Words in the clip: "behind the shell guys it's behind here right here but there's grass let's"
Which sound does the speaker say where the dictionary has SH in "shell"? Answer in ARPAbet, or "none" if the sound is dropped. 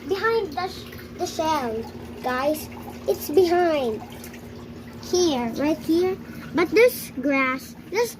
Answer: S